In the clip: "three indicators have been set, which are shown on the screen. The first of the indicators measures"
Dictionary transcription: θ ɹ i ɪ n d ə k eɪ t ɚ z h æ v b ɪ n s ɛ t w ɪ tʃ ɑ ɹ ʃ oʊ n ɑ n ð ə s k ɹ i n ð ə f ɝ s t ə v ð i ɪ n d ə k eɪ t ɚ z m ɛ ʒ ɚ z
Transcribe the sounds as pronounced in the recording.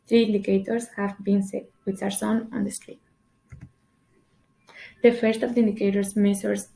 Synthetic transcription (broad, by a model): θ ɹ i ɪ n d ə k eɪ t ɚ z h æ v b ɪ n s ɛ t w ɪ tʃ ɑ ɹ s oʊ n ɑ n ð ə s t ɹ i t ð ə f ɝ s t ə v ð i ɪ n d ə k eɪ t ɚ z m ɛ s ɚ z